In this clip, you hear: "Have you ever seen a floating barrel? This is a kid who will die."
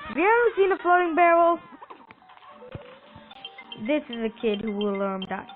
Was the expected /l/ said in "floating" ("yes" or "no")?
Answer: yes